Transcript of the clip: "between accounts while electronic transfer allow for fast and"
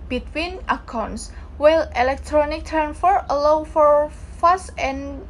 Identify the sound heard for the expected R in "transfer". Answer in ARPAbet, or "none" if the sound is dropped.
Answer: none